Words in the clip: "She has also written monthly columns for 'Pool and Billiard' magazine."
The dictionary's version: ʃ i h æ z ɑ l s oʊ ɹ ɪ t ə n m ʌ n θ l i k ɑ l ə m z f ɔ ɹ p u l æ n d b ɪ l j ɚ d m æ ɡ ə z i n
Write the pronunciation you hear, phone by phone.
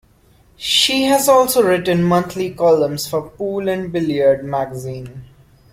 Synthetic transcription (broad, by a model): ʃ i h æ z ɑ l s oʊ ɹ ɪ t ə n m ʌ n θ l i k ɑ l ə m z f ɔ ɹ p u l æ n d b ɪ l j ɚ d m æ ɡ ə z i n